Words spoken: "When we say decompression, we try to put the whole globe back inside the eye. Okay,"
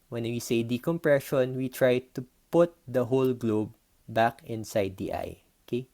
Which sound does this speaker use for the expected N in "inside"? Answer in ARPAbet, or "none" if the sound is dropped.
N